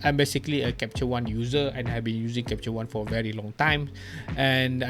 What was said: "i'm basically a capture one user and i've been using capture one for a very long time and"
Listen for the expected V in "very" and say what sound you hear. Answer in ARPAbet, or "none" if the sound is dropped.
V